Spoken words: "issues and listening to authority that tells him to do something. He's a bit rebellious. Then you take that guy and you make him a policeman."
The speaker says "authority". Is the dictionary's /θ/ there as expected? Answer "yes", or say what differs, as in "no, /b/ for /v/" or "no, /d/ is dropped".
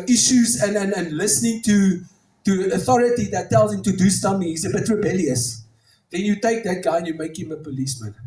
yes